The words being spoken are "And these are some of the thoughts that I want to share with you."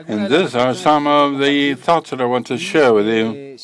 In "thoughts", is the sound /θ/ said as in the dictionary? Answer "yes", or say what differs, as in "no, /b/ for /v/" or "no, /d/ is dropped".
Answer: yes